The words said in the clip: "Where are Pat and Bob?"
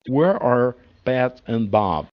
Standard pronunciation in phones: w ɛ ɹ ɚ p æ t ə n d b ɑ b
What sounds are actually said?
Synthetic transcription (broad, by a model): w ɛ ɹ ɚ b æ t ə n b ɑ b